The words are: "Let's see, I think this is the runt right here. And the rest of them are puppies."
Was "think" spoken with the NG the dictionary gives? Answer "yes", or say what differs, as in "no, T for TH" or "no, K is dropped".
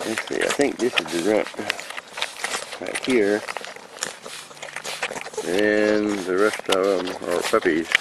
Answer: yes